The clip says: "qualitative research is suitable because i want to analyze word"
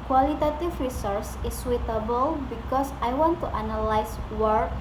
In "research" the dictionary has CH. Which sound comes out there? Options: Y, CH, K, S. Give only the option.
S